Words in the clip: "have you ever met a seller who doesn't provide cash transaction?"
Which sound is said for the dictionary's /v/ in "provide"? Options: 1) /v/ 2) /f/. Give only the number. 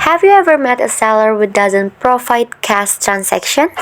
2